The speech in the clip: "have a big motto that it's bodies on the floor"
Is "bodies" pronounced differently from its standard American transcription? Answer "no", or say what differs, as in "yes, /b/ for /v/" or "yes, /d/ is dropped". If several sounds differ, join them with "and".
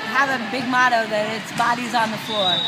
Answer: no